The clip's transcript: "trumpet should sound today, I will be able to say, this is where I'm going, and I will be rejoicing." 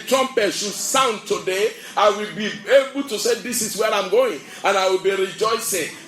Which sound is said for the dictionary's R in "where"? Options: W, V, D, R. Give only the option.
R